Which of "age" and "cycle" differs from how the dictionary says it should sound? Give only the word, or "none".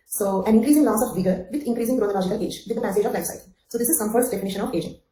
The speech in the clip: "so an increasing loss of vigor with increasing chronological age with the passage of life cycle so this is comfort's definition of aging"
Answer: cycle